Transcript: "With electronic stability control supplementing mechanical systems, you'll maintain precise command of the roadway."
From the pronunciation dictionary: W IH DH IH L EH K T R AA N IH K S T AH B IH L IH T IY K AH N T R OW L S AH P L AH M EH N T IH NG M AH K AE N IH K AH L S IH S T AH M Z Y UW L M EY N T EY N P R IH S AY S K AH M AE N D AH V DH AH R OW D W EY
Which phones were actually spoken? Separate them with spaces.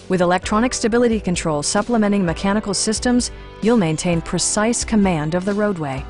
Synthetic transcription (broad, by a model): W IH DH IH L EH K T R AA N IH K S T AH B IH L IH T IY K AH N T R OW L S AH P L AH M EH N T IH NG M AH K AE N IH K L S IH S T AH M Z Y UW L M EY N T EY N P R IH S AY S K AH M AE N D AH V DH AH R OW D W EY